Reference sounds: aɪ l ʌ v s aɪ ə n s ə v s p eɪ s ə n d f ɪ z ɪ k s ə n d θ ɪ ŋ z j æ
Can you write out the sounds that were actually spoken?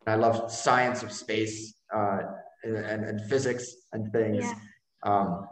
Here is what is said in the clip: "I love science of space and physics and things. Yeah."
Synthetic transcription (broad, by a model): aɪ l ʌ v s aɪ ə n s ə v s p eɪ s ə n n f ɪ z ɪ k s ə n θ ɪ ŋ z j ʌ